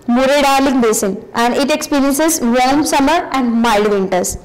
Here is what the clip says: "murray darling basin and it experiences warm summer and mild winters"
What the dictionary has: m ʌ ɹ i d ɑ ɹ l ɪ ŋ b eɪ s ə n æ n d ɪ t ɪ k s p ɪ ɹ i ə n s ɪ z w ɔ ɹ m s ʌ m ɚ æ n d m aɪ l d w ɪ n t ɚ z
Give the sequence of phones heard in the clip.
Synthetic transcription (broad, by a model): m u ɹ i d ɑ ɹ l ɪ ŋ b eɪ s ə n æ n d ɪ t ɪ k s p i ɹ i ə n s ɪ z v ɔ l m s ʌ m ɚ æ n d m aɪ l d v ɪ n t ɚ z